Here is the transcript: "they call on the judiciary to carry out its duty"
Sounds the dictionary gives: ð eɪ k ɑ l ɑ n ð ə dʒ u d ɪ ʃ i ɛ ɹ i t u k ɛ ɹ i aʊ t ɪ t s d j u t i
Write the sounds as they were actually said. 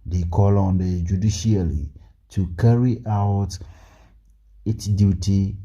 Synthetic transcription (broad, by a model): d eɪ k ɑ l ɑ n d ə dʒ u d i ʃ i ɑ l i t u k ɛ ɹ i aʊ t ɪ t s d j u t i